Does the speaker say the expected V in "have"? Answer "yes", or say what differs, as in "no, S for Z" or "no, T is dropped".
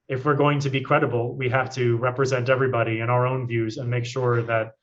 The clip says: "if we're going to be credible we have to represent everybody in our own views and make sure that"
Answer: no, F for V